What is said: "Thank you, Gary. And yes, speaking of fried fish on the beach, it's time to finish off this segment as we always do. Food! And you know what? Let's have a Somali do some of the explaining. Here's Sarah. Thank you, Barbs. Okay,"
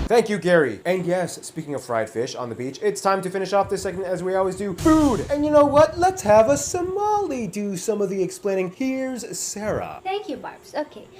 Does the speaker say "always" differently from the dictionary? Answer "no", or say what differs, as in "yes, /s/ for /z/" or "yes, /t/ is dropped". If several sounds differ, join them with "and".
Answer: no